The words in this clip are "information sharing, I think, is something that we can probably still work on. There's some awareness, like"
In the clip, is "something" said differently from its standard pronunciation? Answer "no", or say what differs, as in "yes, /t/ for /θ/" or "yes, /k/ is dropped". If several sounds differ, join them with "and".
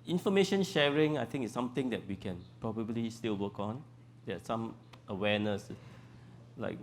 yes, /t/ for /θ/